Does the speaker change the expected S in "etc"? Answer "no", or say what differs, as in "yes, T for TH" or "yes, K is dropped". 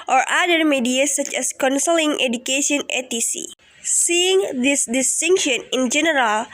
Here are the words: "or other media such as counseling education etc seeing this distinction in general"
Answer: yes, S is dropped